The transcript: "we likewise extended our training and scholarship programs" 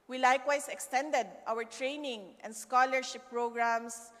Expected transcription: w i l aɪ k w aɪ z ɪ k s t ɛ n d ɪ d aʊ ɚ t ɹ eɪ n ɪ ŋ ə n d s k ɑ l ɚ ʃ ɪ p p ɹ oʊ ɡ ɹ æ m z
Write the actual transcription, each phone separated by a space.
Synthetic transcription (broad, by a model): w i l aɪ k w aɪ s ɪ k s t ɛ n d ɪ d aʊ ɚ t ɹ eɪ n ɪ ŋ ə n d s k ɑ l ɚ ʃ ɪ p p ɹ oʊ ɡ ɹ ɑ m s